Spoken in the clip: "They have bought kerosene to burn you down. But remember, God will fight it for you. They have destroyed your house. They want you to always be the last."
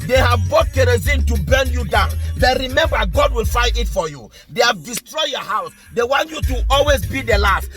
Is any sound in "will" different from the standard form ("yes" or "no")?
no